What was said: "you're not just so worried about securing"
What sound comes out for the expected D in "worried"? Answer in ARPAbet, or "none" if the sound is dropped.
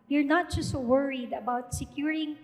D